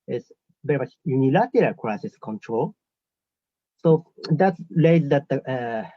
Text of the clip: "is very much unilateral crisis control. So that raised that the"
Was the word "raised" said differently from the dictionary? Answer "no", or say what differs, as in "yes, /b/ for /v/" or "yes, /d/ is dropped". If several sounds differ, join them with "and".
yes, /l/ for /ɹ/